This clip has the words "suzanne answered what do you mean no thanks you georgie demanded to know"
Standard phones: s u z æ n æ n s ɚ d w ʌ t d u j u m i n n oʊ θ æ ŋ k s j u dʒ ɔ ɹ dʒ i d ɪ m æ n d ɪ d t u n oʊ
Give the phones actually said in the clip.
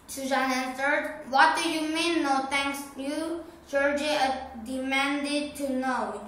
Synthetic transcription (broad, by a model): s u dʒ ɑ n æ n s ɚ d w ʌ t d u j u m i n n oʊ t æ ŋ k s j u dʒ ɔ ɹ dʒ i d ɪ m æ n d ɪ d t u n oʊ